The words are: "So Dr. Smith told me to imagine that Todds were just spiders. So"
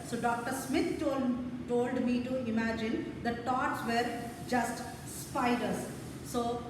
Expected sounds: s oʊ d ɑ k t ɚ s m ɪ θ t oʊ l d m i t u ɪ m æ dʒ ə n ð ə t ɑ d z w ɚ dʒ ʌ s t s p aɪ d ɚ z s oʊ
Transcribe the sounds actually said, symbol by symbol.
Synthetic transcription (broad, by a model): s oʊ d ɑ k t ɚ s m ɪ t t oʊ l d m i t u ɪ m æ dʒ ə n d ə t ɑ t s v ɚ dʒ ʌ s t s p aɪ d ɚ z s oʊ